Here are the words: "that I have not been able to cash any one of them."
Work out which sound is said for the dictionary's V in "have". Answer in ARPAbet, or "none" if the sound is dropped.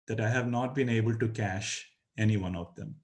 V